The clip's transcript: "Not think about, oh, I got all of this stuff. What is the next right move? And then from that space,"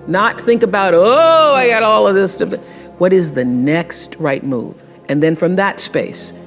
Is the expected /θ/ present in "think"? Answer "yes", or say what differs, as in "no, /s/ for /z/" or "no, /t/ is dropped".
yes